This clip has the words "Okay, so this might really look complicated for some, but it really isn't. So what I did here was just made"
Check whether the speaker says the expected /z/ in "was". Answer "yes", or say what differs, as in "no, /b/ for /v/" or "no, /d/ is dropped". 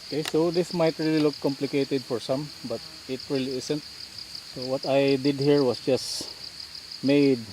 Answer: no, /s/ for /z/